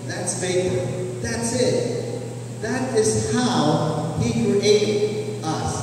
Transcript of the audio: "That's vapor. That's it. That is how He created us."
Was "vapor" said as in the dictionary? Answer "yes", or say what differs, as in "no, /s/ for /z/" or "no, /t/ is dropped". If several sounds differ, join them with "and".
no, /f/ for /v/ and /f/ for /p/